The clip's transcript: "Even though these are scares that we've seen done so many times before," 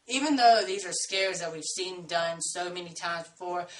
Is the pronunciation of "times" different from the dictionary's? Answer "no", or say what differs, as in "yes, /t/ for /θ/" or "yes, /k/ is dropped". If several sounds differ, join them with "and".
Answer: yes, /m/ is dropped